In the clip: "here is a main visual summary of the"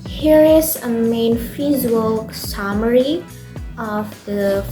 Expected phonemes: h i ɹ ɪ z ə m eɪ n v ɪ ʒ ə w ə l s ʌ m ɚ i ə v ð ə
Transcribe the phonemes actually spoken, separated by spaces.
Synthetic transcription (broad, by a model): h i ɹ ɪ z ə m eɪ n f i z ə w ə l s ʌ m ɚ i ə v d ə